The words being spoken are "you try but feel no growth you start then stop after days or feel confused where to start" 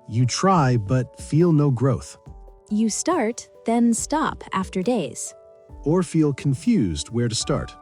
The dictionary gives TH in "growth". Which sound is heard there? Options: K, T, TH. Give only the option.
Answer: TH